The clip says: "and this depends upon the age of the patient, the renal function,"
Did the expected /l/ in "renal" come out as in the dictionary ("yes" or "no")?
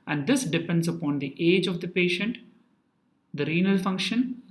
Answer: yes